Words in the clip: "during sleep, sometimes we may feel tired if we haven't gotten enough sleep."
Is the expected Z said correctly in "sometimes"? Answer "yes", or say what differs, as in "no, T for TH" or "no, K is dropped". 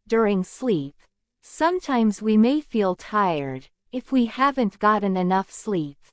yes